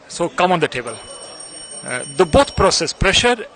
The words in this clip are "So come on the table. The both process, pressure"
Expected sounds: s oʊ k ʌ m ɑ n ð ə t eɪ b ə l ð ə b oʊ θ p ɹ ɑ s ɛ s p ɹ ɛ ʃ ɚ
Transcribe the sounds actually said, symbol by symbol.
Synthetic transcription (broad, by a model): s oʊ k ʌ m ɑ n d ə t eɪ b ə l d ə b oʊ t p ɹ ɑ s ɛ s p ɹ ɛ ʃ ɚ